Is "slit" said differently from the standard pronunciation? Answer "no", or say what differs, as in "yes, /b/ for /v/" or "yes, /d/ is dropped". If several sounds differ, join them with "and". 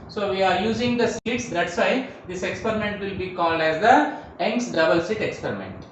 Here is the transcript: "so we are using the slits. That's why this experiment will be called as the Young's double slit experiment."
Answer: yes, /l/ is dropped